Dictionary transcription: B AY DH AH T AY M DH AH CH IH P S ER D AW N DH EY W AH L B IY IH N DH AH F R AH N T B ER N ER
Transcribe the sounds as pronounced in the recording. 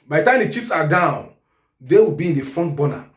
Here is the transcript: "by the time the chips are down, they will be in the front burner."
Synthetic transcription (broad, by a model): B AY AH T AY M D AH CH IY F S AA D AW N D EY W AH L B IY IH N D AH F R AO N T B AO N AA